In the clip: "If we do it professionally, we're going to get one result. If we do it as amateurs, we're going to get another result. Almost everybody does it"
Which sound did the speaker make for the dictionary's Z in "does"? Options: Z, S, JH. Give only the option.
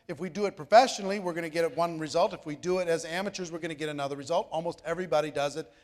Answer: Z